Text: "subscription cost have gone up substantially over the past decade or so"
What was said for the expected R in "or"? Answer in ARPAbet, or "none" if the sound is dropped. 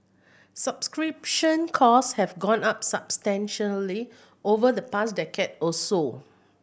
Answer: L